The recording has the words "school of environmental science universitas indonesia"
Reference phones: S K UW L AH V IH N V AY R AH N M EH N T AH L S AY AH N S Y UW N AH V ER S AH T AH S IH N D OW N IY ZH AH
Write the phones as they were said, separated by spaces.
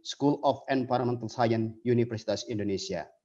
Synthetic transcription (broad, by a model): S K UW L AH F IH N P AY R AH M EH N T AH L S AY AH N Y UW N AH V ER S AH T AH S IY N D OW N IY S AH